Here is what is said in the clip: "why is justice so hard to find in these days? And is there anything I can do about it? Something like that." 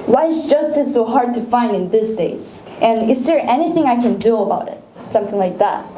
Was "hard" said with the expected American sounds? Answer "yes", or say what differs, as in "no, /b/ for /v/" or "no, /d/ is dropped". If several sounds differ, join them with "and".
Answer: yes